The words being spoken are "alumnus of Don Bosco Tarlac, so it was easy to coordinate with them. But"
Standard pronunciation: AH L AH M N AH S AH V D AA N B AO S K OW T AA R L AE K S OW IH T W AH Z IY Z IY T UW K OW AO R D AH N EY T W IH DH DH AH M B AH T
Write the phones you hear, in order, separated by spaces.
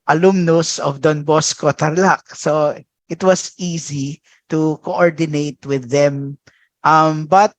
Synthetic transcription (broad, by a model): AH L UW M N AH S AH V D AA N B AO S K OW T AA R L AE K S OW IH T W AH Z IY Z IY T UW K OW AO R D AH N EY T W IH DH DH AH M B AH T